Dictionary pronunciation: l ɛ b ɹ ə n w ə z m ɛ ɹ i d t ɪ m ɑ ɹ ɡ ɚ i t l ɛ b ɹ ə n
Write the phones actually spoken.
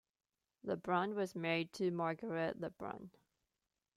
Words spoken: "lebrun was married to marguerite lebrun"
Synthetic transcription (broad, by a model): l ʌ b ɹ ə n w ə z m ɛ ɹ i d t ɪ m ɑ ɹ ɡ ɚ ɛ t l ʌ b ɹ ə n